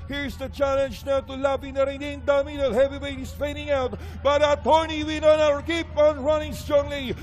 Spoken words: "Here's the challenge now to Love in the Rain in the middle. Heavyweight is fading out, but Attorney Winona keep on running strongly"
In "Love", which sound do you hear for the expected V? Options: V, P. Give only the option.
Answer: P